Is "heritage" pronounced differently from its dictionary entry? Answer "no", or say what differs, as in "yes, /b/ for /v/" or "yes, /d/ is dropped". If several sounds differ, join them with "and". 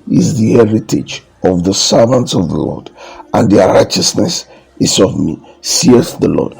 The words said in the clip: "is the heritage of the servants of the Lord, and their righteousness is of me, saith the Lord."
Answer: no